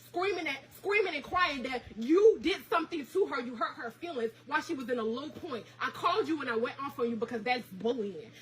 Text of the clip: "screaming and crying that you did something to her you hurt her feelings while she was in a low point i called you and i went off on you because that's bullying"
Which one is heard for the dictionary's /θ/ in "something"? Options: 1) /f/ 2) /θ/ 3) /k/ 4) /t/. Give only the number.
2